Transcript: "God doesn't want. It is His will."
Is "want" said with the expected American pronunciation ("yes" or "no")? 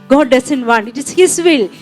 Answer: no